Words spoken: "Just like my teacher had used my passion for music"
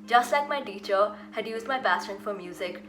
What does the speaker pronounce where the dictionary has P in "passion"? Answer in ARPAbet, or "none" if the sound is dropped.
B